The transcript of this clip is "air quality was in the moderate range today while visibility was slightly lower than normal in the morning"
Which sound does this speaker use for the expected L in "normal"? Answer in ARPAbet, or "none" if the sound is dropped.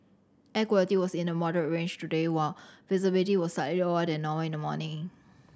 W